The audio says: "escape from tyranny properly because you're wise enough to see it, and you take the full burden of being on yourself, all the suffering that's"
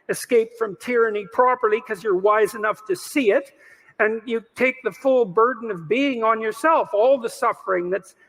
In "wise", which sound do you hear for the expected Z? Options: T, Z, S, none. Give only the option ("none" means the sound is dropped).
Z